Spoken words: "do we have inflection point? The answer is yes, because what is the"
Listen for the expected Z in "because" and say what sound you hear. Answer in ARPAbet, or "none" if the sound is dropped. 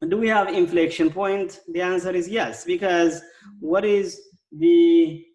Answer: Z